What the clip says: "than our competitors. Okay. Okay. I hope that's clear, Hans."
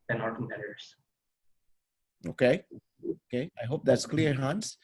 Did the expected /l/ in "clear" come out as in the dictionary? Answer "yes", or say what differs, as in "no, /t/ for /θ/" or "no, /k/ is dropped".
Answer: yes